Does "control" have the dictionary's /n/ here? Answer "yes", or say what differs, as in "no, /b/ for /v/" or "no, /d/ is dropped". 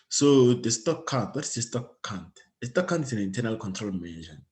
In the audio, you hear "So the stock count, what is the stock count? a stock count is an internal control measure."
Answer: yes